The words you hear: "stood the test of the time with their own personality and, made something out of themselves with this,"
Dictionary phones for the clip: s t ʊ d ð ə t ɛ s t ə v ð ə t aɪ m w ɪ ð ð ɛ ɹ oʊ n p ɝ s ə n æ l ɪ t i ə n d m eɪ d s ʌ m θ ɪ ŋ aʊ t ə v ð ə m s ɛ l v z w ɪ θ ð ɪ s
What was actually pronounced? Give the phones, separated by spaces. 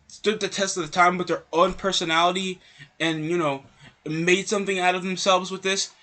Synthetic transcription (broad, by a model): s t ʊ d ð ə t ɛ s t ə v ð ə t aɪ m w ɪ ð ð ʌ ɹ oʊ n p ɝ s ə n æ l ɪ t i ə n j m eɪ d s ʌ m θ ɪ ŋ aʊ t ə v ð ə m s ɛ l v z w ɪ ð ɪ s